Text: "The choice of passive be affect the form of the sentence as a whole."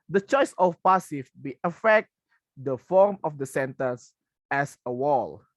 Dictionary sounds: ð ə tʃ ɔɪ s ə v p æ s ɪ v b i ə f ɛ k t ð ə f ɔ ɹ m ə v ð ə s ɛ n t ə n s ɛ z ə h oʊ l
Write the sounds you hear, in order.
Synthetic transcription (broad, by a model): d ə tʃ ɔɪ s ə f p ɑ s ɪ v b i ə f ɛ k t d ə f ɔ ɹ m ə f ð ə s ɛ n t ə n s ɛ s ə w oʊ l